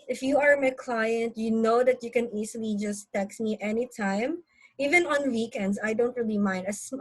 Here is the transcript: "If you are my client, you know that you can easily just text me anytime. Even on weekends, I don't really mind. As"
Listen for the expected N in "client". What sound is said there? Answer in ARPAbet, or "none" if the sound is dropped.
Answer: N